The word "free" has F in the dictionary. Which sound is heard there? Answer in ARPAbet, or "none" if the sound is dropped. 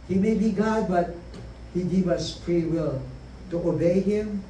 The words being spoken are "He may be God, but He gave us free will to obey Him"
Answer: P